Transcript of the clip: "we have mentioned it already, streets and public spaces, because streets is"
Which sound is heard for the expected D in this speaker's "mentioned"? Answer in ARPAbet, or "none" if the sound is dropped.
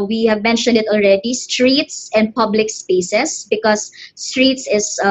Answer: D